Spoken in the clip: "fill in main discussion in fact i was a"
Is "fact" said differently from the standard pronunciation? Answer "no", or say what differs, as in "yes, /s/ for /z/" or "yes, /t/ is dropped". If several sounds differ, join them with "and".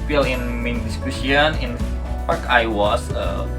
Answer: yes, /t/ is dropped